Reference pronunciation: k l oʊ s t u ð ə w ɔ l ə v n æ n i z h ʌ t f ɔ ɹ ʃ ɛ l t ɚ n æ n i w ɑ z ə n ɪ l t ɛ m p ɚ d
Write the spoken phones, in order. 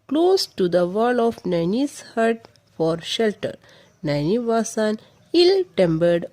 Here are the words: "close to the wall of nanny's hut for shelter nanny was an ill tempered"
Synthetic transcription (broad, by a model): k l oʊ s t u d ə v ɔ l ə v n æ n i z h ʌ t f ɔ ɹ ʃ ɛ l t ɚ n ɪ n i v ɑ s ə n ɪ l t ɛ m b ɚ d